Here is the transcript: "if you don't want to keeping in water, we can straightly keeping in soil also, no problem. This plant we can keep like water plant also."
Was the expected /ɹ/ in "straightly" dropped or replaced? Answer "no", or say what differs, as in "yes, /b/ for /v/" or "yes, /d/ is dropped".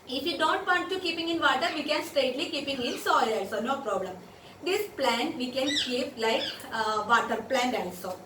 yes, /ɹ/ is dropped